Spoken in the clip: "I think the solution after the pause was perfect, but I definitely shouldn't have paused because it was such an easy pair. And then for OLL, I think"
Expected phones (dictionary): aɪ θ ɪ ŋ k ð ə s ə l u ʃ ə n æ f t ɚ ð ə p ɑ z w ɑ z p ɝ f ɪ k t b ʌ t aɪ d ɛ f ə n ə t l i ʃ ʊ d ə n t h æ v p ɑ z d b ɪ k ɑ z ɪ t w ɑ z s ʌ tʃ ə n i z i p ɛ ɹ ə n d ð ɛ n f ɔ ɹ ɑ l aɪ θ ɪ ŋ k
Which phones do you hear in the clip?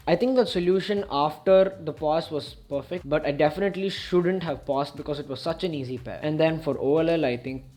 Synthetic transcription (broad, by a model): aɪ t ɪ ŋ k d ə s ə l u ʃ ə n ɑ f t ɚ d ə p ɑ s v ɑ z p ɝ f ɪ k t b ʌ t aɪ d ɛ f ə n ə t l i ʃ ʊ d ə n t h æ v p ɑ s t b ɪ k ɑ z ɪ t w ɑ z s ʌ tʃ ə n i z i p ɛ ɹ ə n d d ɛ n f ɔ ɹ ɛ l aɪ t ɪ ŋ k